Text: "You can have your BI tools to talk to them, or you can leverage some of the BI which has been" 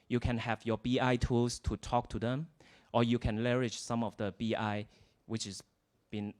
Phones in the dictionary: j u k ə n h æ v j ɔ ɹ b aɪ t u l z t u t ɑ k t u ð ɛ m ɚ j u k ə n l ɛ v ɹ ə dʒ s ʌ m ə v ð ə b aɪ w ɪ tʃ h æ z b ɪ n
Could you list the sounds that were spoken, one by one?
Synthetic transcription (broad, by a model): j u k ə n h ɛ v j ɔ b aɪ t u l s t u t ɑ k t u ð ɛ m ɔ j u k ə n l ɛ ɹ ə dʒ s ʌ m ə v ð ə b aɪ w ɪ tʃ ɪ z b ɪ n